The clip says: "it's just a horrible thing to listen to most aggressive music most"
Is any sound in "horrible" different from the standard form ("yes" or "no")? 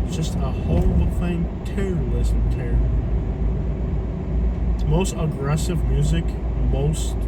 yes